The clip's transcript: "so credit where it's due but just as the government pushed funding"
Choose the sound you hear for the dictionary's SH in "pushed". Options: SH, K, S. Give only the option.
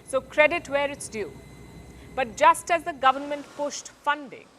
S